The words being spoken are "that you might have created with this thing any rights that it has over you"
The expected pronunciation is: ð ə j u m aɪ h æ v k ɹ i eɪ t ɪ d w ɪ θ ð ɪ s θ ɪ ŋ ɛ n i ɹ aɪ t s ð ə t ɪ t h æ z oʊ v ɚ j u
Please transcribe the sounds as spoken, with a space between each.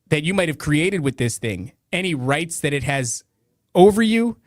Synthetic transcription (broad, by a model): ð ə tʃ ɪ m aɪ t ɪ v k ɹ i eɪ t ɪ d w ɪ ð ɪ s θ ɪ ŋ ɛ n i ɹ aɪ t s ð ə t ɪ t h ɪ z oʊ v ɚ j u